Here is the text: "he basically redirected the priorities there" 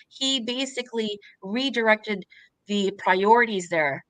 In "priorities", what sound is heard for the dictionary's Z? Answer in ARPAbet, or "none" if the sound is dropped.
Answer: Z